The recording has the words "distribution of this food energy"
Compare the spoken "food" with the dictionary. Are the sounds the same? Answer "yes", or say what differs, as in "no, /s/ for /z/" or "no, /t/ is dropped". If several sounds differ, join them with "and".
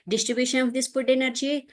no, /p/ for /f/